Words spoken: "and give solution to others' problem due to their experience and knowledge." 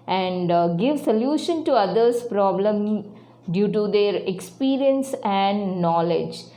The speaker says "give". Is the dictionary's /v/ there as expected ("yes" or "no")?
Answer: yes